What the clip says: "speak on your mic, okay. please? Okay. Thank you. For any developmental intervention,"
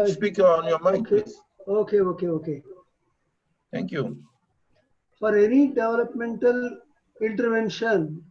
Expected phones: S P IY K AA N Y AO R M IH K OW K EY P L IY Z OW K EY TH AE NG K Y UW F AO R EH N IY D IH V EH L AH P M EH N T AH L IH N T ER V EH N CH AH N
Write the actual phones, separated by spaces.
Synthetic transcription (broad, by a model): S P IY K AA N Y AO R M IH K OW K EY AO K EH OW K EY T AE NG K Y UW F AO R EH N IY D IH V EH L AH P M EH N T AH L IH N T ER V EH N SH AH N